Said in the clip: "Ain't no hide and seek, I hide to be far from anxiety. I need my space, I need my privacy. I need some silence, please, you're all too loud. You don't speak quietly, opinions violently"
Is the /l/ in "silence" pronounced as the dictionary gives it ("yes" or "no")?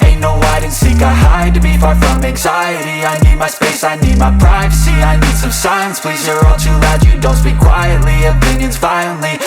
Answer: no